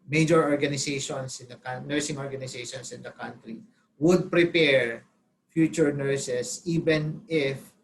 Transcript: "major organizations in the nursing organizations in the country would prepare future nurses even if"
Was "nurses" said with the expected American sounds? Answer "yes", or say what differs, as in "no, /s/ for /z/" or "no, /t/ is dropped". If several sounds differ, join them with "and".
no, /s/ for /z/